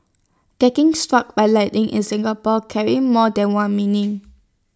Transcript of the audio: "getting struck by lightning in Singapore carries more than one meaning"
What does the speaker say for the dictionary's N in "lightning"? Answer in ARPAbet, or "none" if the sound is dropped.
none